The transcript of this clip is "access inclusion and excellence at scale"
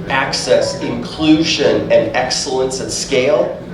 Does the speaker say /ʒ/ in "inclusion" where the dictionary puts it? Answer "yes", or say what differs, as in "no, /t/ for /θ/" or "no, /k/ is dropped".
yes